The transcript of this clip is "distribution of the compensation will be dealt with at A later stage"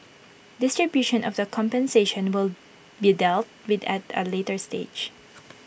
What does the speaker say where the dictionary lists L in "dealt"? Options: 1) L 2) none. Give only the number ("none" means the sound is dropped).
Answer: 1